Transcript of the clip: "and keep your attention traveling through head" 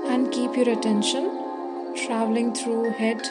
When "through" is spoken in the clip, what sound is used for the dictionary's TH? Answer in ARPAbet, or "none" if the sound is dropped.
T